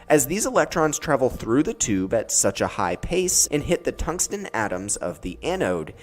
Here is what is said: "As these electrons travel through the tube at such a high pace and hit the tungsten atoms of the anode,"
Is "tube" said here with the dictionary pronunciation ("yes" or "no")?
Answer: yes